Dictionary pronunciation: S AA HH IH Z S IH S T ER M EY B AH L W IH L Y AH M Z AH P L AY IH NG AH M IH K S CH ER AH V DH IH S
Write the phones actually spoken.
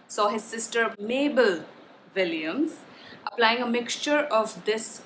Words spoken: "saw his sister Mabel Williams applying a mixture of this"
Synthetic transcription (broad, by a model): S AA HH IH Z S IH S T ER M EY B AH L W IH L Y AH M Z AH P L AY IH NG AH M IH K S CH ER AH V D IH S